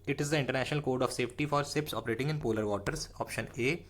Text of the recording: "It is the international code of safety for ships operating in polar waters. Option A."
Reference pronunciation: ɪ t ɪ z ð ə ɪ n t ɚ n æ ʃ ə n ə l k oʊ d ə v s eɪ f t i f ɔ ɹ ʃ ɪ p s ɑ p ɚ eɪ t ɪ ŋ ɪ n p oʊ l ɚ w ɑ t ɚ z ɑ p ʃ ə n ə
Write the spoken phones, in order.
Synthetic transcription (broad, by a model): ɪ t ɪ z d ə ɪ n t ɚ n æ ʃ ə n ə l k oʊ d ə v s eɪ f t i f ɔ ɹ s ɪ p s ɑ p ɚ eɪ t ɪ ŋ ɪ n p oʊ l ɚ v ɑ t ɚ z ɑ p ʃ ə n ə